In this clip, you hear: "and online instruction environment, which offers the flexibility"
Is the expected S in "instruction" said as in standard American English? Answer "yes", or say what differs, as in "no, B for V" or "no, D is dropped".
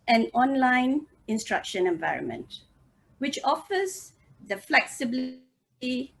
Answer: yes